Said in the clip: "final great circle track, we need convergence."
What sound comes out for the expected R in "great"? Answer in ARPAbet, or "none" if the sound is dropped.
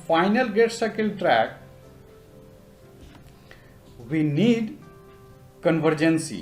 none